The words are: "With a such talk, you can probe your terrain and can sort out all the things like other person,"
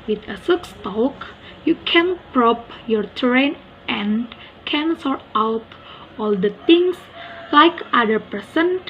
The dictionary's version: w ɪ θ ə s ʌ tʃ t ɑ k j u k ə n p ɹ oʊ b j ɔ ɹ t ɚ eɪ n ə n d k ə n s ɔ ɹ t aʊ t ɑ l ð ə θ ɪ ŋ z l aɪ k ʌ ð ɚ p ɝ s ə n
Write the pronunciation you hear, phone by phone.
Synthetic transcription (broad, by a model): w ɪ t ə s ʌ s t ɑ k j u k ə n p ɹ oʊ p j ɔ ɹ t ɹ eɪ n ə n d k ə n s ɔ ɹ t aʊ t ɑ l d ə t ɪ ŋ s l aɪ k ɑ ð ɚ p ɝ s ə n